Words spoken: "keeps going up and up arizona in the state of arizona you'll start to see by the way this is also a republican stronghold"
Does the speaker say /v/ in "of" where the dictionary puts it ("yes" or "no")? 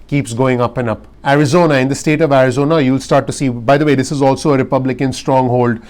yes